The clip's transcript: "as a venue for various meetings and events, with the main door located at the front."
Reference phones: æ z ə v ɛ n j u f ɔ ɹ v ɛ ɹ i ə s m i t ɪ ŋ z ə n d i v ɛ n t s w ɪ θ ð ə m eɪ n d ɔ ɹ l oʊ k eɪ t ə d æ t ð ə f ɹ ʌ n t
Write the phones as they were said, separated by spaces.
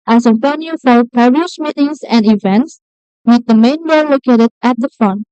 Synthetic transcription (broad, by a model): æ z ə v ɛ n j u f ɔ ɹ p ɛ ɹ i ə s m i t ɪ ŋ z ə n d i v ɛ n t s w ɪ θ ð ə m eɪ n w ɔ l oʊ k eɪ t ə d æ t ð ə f ɹ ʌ n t